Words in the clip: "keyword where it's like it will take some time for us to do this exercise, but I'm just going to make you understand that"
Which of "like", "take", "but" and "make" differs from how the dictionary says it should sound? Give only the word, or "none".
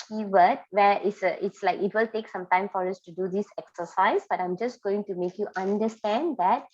none